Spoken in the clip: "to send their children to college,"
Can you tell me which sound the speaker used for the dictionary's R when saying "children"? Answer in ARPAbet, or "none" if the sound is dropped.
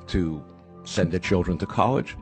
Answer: R